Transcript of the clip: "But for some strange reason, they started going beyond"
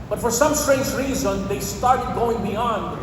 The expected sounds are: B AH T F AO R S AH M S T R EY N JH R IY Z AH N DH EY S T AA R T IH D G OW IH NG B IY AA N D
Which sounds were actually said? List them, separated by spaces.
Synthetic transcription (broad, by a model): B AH T F AO R S AH M S T R EY N JH R IY Z AH N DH EY S T AA R T IH D G OW IH NG B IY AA N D